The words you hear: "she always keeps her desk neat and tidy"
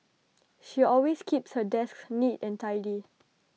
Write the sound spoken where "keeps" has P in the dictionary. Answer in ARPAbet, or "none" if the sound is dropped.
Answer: P